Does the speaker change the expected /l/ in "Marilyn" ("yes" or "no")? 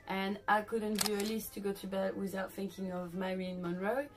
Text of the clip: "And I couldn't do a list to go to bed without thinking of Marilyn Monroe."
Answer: yes